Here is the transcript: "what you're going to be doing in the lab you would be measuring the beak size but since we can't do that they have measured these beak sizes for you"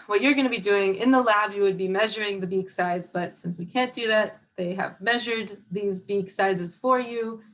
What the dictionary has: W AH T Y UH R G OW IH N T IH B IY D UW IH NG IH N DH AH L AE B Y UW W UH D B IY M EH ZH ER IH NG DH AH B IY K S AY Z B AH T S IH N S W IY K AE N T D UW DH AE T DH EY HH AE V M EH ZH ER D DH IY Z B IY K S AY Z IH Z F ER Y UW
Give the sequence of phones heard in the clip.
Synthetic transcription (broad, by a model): W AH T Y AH R G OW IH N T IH B IY D UW IH NG IH N DH AH L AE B Y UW W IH D B IY M EH ZH ER IH NG DH AH B IY K S AY Z B AH T S IH N S W IY K AE N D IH DH AE T DH EY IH V M EH ZH ER D DH IY Z B IY K S AY Z IH Z F ER Y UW